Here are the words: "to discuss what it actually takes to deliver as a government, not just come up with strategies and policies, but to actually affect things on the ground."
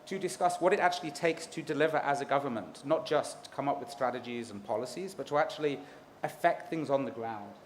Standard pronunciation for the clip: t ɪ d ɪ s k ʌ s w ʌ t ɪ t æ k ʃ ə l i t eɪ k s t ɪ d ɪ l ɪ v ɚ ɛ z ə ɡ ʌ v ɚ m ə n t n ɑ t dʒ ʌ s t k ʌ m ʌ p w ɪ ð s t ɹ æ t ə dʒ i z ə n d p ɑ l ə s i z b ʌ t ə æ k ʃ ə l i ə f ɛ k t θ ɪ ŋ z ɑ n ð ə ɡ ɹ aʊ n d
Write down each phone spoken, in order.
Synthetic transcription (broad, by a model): t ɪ d ɪ s k ʌ s w ʌ t ɪ t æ k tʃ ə l i t eɪ k s t ɪ d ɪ l ɪ v ɚ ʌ z ə ɡ ʌ v ɚ m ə n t n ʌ t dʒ ʌ s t k ʌ m ʌ p w ɪ ð s t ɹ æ t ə dʒ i z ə n p ɑ l ə s i z b ʌ t ə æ k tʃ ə l i ə f ɛ k t θ ɪ ŋ z n ð ə ɡ ɹ aʊ n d